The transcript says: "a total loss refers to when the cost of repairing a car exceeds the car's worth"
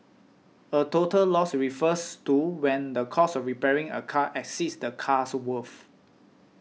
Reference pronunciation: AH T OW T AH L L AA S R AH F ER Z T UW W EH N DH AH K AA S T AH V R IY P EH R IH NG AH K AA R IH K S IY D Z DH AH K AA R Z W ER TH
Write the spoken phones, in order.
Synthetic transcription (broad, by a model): AH T OW T AH L L AA S R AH F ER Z T UW W EH N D AH K AA S AH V R IY P EH R IH NG AH K AA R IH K S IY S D AH K AA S W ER F